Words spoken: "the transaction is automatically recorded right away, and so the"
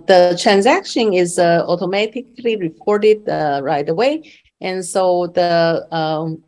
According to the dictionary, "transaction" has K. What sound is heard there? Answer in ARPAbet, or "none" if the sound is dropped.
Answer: K